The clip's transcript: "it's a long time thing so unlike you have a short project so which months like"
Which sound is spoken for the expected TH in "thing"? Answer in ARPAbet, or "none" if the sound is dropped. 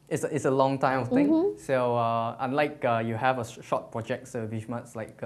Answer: F